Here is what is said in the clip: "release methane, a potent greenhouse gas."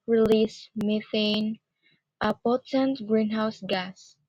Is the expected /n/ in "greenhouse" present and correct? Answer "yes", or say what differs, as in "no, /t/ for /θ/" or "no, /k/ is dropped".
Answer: yes